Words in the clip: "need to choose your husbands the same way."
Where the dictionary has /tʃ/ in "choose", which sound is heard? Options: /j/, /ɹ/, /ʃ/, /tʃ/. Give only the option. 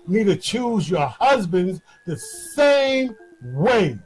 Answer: /tʃ/